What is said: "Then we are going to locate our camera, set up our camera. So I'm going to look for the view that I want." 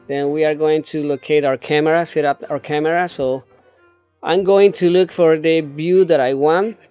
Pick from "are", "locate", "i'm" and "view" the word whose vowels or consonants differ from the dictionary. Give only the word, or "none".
view